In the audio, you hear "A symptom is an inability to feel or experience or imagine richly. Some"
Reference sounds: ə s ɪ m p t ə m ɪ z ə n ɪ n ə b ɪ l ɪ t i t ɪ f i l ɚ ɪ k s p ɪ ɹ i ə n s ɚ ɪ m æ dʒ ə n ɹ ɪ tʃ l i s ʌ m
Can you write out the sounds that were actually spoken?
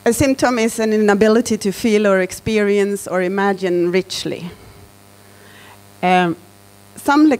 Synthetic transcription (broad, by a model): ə s ɪ m p t ə m ɪ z ə n ɪ n ə b ɪ l ɪ t i t ɪ f i l ɚ ɪ k s p ɪ ɹ i ə n s ɚ ɪ m æ dʒ ə n ɹ ɪ tʃ l i s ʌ m